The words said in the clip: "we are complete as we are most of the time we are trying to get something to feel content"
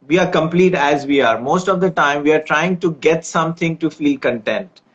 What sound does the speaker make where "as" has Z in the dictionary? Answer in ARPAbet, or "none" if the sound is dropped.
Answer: Z